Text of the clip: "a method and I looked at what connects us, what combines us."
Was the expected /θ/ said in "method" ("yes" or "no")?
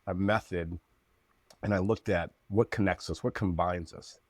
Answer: yes